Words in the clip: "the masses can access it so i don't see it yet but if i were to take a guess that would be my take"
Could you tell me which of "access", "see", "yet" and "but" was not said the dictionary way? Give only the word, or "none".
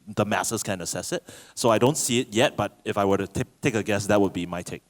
access